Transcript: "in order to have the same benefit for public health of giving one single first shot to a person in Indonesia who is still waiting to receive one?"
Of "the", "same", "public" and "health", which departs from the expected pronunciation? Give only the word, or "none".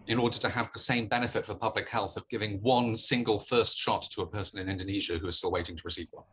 none